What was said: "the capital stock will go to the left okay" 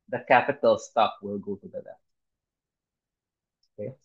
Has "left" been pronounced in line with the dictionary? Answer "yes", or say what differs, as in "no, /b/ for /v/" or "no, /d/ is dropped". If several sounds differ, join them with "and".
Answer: no, /f/ is dropped